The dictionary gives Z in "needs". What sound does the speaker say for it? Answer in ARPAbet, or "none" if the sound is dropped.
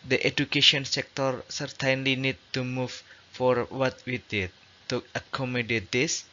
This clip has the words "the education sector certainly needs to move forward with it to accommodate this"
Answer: none